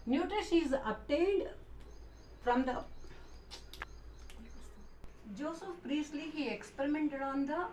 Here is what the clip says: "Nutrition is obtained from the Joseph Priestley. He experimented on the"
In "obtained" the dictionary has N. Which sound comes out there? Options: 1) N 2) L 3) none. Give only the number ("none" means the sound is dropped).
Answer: 2